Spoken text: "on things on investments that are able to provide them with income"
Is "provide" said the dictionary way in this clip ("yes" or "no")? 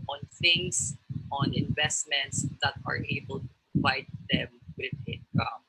no